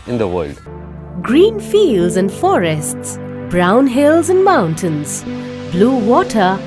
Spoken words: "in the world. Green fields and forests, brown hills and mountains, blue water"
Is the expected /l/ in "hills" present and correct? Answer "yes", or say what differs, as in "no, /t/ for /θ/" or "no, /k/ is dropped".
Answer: yes